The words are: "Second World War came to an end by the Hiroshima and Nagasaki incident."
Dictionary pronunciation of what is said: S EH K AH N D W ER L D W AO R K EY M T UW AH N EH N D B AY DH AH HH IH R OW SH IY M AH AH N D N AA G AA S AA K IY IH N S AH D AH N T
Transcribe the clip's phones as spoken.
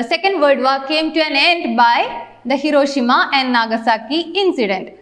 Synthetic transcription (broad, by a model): S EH K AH N D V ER D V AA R K EY M T UW AH N EH N D B AY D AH HH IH R OW SH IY M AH AH N D N AA G AA S AA K IY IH N S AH D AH N T